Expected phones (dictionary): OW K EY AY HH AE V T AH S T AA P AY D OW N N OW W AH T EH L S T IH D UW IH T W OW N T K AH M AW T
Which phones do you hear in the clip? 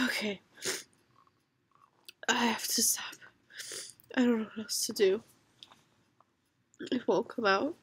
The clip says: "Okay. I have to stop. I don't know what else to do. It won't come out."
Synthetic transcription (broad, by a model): OW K EY AY HH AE F T AH S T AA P AY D OW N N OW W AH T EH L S T IH D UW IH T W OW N K AH M AW T